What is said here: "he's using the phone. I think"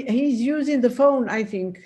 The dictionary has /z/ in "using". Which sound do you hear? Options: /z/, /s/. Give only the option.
/z/